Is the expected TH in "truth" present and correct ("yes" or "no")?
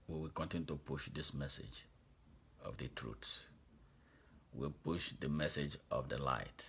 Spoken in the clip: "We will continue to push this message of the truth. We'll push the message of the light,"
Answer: no